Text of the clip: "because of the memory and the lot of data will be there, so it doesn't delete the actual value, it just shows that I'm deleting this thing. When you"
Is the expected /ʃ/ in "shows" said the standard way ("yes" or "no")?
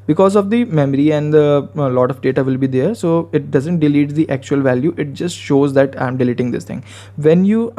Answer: yes